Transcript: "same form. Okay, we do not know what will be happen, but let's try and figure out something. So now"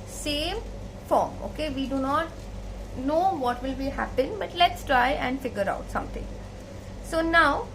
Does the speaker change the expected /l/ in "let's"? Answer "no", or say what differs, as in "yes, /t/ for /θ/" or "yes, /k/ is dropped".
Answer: no